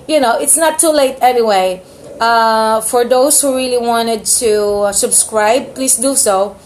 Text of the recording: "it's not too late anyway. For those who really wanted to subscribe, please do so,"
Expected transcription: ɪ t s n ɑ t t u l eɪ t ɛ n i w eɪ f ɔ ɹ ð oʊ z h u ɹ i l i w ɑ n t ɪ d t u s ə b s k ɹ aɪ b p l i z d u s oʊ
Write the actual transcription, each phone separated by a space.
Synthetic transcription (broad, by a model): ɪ t s n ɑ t t u l eɪ t ɛ n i w eɪ f ɔ ɹ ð oʊ s h u ɹ i l i w ɑ n t ɪ d t u s ə b s k ɹ aɪ b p l i s d u s oʊ